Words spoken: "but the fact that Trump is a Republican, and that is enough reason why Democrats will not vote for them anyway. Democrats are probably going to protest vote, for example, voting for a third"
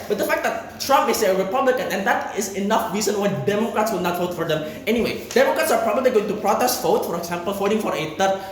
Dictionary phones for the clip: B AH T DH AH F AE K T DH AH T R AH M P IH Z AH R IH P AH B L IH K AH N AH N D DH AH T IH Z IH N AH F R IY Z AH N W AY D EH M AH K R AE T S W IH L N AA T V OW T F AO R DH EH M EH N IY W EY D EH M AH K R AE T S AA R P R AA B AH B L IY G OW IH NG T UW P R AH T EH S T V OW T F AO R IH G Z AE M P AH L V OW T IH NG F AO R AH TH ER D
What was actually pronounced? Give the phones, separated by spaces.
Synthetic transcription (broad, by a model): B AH T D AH F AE K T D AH T R AH M P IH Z AH R IH P AH B L IH K AH N AH N D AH T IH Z IH N AH F R IY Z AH N W AY D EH M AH K R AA T S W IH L N AA T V OW T F AO R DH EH M EH N IY W EY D EH M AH K R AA T S AA R P R AA B AH B L IY G OW IH NG T UW P R AH T EH S T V OW T F AO R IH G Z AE M P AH L F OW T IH NG F AO R AH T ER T